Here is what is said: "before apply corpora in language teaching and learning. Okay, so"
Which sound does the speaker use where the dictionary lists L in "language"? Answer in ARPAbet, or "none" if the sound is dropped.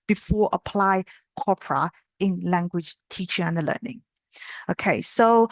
L